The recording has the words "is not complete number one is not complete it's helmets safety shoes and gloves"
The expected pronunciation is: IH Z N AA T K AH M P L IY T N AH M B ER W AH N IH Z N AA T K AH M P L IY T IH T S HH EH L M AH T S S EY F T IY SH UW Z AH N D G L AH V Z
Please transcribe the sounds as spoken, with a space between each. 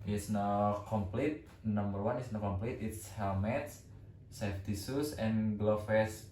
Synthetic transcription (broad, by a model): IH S N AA K AH M P L IY T N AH M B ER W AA N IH S N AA K AH M P L IY T IH T S HH EH L M AH T S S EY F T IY S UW S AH N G L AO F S